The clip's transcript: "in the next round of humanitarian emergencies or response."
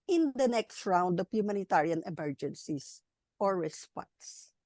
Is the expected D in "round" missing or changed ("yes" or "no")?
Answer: no